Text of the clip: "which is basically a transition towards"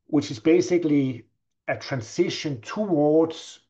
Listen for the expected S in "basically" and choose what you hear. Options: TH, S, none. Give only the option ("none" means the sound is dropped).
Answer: S